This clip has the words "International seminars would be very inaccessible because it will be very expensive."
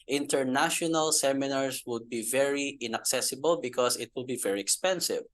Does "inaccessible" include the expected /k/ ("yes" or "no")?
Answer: yes